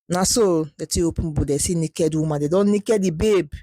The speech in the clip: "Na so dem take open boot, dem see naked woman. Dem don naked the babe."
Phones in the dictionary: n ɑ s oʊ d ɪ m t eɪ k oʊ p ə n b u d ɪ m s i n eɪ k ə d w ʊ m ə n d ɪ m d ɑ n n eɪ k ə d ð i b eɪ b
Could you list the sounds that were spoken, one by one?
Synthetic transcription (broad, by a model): n ɑ s oʊ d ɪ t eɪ oʊ p ə n b u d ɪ s i n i k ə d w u m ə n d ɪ d ɑ n n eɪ k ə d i b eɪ b